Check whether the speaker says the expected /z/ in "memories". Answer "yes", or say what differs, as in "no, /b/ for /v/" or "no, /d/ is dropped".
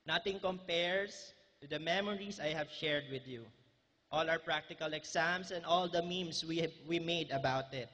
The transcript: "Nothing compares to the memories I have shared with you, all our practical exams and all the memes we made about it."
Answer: no, /s/ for /z/